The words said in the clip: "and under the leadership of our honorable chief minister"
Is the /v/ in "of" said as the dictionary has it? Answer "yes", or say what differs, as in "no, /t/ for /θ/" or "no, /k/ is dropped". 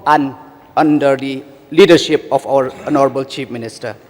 no, /p/ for /v/